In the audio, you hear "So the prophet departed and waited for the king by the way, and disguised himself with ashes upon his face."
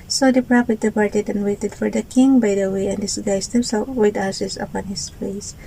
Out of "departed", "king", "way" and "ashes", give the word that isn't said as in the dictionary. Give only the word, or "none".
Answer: ashes